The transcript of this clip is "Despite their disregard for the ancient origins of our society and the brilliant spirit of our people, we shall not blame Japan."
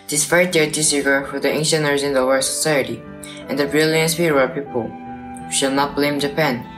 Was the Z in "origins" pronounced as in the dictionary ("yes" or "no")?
no